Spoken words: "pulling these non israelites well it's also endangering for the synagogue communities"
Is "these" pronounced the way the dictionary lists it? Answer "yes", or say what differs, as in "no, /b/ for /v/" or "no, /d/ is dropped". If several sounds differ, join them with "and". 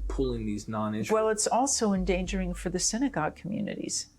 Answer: yes